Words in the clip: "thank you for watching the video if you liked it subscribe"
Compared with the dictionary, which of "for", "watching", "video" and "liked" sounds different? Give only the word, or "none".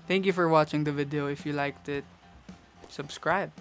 none